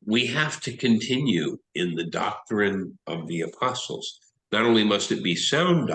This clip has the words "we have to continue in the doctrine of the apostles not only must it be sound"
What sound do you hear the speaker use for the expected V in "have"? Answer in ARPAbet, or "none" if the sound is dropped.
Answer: F